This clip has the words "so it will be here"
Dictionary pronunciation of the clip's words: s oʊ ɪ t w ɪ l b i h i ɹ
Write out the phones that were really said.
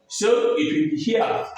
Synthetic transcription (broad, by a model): s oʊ ɪ t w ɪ n b i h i